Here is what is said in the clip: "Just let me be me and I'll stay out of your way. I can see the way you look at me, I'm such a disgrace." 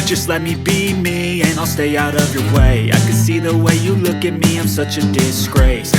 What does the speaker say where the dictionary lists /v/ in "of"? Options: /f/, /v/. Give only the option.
/v/